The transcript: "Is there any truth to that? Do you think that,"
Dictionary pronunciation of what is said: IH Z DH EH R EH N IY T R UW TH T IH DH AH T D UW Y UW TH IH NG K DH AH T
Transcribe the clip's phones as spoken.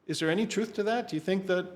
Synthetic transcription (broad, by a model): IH Z DH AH R EH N IY T R UW TH T IH DH AH T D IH Y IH TH IH NG K DH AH T